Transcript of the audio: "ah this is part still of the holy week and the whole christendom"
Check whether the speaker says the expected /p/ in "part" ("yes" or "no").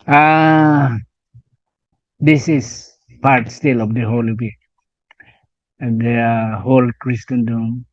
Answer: yes